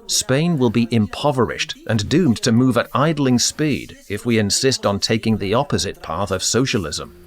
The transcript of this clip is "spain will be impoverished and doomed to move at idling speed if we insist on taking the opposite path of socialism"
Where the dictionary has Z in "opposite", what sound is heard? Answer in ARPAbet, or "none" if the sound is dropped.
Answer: Z